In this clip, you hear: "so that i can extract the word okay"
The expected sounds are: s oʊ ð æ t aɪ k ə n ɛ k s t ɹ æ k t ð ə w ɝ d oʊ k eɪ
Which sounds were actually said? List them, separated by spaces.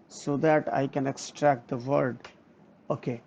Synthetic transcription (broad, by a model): s oʊ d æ t aɪ k ə n ɛ k s t ɹ æ k t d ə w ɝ d oʊ k eɪ